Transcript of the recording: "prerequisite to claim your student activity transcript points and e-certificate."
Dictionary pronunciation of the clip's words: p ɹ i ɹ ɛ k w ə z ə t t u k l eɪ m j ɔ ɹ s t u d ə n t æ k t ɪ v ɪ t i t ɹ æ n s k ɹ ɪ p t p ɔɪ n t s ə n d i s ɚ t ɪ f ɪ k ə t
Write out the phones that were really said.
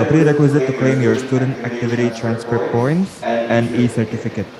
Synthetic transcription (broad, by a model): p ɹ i ɹ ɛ k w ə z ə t t u k l eɪ m j ɔ ɹ s t u d ə n t æ k t ɪ v ɪ t i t ɹ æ n s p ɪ t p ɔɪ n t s ə n d i s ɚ t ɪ f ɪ k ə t